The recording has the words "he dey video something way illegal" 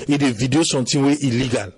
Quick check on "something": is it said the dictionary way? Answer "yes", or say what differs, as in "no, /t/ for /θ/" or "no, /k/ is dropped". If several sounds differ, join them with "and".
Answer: no, /t/ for /θ/